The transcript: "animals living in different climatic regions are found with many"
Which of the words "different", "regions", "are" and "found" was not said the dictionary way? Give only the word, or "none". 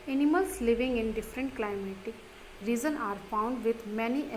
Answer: regions